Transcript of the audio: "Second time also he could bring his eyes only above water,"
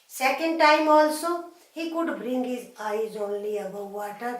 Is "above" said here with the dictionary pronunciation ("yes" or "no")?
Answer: no